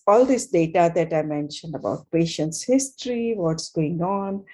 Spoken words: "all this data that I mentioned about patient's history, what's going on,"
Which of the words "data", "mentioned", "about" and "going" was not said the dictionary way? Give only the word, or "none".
none